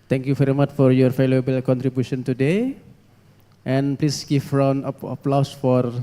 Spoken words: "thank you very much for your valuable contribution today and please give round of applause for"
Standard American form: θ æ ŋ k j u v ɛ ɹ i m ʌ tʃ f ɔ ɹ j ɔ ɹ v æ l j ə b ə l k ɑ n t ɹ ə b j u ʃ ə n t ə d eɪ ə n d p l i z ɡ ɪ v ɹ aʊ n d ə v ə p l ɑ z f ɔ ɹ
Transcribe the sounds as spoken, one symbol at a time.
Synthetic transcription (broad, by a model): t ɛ ŋ k j u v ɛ ɹ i m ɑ tʃ f ɔ ɹ j ɔ ɹ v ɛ l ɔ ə b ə l k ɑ n t ɹ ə b j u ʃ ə n t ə d eɪ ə n p l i s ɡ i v ɹ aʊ n ə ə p l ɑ s f ɔ ɹ